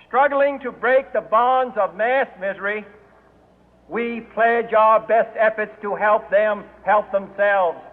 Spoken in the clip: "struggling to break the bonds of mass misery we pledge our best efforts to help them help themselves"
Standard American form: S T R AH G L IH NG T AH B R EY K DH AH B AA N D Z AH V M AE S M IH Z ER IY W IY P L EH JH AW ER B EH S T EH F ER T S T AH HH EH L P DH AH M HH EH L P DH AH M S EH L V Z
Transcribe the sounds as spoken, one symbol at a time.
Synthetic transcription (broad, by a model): S T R AH G L IH NG T AH B R EY K DH AH B AA N D Z AH V M AE S M IH Z ER IY W IY P L EH JH AW ER B EH S T EH F ER T S T AH HH EH L P DH AH M HH EH L P DH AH M S EH L V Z